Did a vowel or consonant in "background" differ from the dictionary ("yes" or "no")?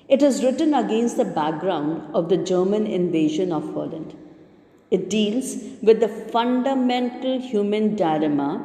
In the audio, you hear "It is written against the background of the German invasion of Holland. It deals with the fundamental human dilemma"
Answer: no